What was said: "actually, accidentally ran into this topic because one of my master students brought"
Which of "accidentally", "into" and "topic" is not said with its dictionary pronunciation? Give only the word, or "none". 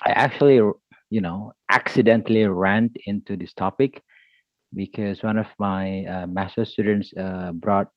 none